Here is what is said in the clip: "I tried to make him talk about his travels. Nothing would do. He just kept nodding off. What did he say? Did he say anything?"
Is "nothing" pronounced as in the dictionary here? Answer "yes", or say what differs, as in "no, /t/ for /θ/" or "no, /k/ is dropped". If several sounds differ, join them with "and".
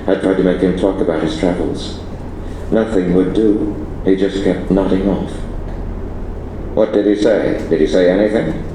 yes